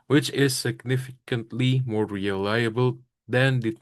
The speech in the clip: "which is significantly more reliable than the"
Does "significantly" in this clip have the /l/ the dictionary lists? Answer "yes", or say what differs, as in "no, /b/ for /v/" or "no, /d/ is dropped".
yes